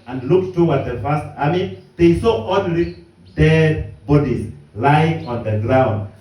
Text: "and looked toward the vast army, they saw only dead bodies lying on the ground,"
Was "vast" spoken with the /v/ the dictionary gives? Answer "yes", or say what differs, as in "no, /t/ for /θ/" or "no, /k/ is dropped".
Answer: no, /f/ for /v/